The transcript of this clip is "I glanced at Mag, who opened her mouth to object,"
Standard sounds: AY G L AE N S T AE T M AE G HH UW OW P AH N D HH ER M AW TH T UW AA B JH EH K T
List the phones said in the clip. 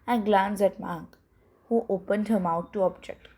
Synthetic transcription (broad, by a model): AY G L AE N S AE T M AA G HH UW OW P AH N D HH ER M AW T UW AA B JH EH K T